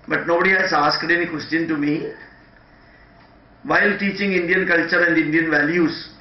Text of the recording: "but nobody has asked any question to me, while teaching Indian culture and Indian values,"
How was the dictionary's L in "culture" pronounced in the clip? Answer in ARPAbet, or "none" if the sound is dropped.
L